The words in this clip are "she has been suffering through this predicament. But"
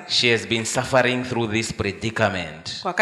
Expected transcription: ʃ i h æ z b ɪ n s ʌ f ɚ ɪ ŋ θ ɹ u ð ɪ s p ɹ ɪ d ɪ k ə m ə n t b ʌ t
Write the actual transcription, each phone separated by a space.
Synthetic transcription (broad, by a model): ʃ i h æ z b ɪ n s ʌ f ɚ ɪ ŋ θ ɹ u ð ɪ s p ɹ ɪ d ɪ k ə m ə n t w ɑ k